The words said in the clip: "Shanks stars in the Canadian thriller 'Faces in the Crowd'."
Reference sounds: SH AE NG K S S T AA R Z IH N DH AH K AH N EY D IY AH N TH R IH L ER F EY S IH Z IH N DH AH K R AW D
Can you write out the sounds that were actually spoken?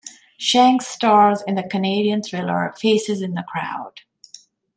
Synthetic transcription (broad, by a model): SH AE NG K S S T AA R Z IH N DH AH K AH N EY D IY AH N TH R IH L ER F EY S IH Z IH N DH AH K R AW D